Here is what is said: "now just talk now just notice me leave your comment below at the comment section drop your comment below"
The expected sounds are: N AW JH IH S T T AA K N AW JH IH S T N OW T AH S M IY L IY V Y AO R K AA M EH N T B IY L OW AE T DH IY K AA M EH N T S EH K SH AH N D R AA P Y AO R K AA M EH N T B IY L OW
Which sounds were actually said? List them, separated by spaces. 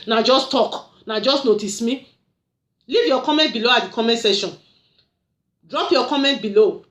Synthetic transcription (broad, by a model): N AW JH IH S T T AA K N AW JH IH S T N OW T AH S M IY L IY V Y AO K AA M EH N T B IY L OW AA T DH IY K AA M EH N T S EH SH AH N D R AA P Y AO K AA M EH N T B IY L OW